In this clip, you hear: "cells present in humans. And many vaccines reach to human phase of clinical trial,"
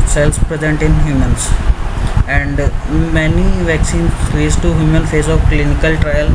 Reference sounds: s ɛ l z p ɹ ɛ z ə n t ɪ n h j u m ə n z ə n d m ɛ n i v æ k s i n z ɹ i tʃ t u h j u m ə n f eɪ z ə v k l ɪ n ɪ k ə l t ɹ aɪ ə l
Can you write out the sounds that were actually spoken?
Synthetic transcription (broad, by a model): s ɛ l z p ɹ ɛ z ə n t ɪ n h j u m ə n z ə n d m ɛ n i v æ k s i n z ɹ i s t u h j u m ə n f eɪ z ə v k l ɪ n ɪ k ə l t ɹ aɪ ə l